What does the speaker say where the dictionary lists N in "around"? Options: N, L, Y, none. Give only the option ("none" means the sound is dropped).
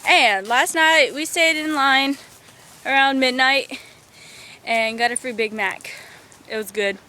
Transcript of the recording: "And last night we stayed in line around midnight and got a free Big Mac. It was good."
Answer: N